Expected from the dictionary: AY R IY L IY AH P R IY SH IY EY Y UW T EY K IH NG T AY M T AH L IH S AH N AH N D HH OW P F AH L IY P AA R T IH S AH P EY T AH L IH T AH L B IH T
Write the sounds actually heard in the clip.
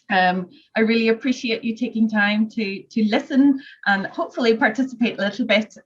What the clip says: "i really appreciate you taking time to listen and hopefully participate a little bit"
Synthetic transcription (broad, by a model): AY R IY L IY AH P R IY SH IY EY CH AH T EY K IH NG T AY M T AH L IH S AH N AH N HH OW P F AH L IY P AA R T IH S AH P EY T AH L IH T L B IH T